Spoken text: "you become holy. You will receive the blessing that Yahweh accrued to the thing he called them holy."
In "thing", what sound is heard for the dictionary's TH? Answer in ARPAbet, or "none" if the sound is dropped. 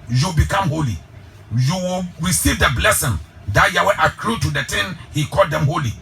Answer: T